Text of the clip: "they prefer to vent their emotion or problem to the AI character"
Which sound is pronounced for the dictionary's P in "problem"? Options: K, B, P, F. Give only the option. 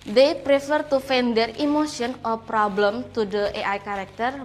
P